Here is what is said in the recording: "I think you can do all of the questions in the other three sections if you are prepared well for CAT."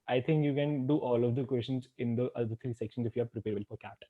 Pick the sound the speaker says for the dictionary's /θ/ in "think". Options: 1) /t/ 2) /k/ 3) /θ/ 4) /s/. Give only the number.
1